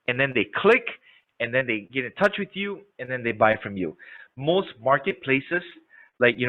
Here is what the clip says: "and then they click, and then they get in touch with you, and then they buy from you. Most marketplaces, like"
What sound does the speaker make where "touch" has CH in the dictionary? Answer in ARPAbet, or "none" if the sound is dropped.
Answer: CH